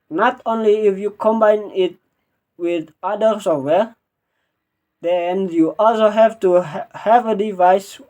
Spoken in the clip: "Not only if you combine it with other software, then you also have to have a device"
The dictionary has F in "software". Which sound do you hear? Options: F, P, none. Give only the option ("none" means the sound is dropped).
none